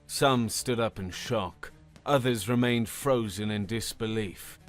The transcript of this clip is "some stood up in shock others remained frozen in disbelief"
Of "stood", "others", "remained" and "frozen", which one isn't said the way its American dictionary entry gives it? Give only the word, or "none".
none